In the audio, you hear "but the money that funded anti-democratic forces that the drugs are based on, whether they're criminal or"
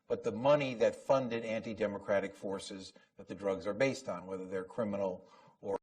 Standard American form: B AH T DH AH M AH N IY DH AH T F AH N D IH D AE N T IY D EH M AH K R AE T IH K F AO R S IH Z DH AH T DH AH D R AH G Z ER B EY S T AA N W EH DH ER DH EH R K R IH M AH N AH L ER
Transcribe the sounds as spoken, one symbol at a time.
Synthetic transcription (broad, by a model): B AH T DH AH M AH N IY DH AH T F AH N D IH D AE N T IY D EH M AH K R AE T IH K F AO R S IH Z DH AH T DH AH D R AH G Z ER B EY S T N W EH DH ER DH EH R K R IH M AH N L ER